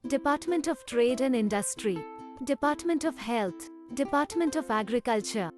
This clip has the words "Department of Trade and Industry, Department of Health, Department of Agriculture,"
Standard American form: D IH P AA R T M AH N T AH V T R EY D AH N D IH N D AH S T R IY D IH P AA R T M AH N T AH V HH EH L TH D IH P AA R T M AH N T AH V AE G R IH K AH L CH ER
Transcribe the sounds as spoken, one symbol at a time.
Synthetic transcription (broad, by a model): D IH P AA R T M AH N T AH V T R EY D AH N D IH N D AH S T R IY D IH P AA R T M AH N T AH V HH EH L T D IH P AA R T M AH N T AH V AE G R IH K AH L CH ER